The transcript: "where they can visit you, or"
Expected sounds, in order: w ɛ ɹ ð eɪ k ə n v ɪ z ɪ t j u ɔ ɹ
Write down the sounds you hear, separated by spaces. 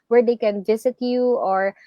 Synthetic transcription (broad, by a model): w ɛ ɹ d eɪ k ə n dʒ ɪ s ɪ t j u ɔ ɹ